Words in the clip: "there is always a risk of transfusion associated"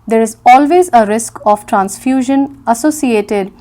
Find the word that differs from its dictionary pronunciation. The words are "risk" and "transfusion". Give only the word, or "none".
none